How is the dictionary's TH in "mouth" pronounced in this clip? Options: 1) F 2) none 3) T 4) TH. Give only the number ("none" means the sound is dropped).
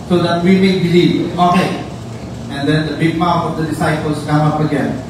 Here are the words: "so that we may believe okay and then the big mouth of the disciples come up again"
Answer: 1